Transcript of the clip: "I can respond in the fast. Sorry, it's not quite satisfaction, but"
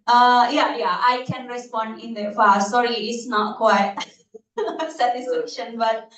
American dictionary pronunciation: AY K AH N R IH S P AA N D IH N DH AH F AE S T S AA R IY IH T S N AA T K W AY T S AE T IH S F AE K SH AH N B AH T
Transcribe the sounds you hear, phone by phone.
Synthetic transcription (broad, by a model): AY K AH N R IH S P AA N D IH N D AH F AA T S AA R IY IH T S N AA T K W AY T S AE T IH S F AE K SH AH N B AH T